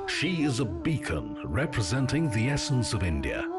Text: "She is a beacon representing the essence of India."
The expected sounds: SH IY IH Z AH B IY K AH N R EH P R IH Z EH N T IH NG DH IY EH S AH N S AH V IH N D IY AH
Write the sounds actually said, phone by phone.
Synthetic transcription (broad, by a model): SH IY IH Z AH B IY K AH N R EH P R IH Z EH N T IH NG DH IY EH S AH N S AH V IH N D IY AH